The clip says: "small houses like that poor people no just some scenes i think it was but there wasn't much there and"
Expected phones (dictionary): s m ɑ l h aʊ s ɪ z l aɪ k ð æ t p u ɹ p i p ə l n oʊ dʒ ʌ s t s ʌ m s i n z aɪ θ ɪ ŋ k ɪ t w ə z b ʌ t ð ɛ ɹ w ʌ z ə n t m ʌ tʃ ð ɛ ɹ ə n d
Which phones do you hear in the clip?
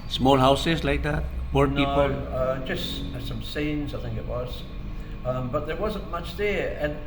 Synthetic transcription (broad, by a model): s m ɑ l h aʊ s ɪ z l aɪ k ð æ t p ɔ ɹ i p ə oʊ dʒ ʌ s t s ʌ m s i n z aɪ θ ɪ ŋ k ɪ t w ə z b ʌ t ð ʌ ɹ w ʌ z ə n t m ʌ tʃ ð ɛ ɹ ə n